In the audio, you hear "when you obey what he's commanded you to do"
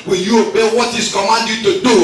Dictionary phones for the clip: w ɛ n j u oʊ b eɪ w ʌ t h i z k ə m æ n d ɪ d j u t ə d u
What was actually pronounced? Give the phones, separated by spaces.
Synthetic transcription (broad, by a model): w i j u oʊ b eɪ w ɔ t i s k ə m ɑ n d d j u t ə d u